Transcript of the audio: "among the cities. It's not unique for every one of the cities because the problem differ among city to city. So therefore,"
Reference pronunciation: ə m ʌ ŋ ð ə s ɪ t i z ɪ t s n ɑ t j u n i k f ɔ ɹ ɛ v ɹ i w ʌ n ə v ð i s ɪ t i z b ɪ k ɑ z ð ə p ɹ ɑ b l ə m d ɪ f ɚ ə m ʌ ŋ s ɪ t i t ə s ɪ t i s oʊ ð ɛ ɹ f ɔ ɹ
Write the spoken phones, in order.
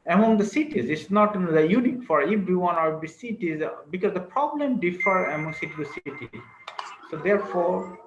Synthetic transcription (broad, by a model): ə m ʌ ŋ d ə s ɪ t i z ɪ t s n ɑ t j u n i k f ɔ ɹ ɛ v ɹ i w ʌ n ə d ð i s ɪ t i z b ɪ k ɑ z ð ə p ɹ ɑ b l ə m d ɪ f ɚ ə m ʌ ŋ s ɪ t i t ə s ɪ t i s oʊ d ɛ ɹ f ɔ ɹ